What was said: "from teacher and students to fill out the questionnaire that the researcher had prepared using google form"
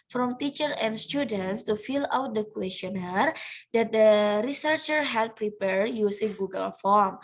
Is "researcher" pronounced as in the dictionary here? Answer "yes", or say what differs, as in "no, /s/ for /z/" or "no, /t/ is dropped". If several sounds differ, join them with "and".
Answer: yes